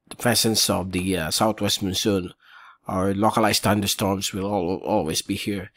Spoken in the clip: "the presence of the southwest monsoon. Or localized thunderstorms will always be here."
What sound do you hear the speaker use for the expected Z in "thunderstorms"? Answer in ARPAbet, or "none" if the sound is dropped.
S